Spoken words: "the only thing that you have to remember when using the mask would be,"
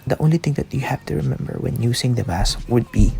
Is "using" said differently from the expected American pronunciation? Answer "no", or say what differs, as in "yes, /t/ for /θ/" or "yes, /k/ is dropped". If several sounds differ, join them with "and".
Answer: yes, /s/ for /z/